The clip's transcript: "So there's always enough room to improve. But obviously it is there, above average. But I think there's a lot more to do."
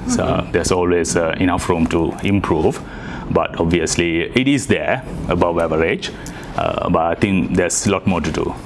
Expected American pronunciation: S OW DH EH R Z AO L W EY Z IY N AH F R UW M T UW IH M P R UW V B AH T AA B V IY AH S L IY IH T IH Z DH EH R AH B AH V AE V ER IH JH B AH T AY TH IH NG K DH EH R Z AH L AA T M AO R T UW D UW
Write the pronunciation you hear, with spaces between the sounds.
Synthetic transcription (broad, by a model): S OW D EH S AO L W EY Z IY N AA F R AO M T UW IH M P R UW V B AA T AA B V IY AH S L IY IH T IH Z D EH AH B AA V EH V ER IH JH B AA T AY T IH NG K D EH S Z AH L AA T M AO T UW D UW